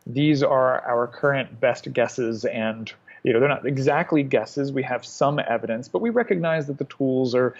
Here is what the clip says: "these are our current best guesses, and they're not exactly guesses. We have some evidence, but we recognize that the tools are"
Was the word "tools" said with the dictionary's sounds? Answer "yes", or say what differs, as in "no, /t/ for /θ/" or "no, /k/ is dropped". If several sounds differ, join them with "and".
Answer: yes